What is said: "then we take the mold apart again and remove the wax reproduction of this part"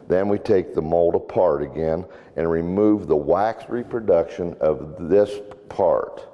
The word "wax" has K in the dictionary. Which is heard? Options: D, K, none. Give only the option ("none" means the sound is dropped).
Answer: K